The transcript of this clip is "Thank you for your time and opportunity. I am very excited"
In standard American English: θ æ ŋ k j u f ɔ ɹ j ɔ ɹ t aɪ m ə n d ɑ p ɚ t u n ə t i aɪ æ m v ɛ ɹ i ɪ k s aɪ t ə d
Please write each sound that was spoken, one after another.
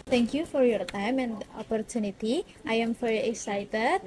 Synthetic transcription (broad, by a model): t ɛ ŋ k j u f ɔ ɹ j ɔ ɹ t aɪ m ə n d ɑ p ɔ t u n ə t i aɪ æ m f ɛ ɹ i k s aɪ t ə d